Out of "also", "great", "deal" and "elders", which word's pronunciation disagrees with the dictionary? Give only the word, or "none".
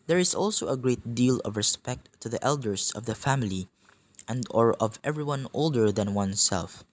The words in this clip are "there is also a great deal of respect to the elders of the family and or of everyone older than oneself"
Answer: elders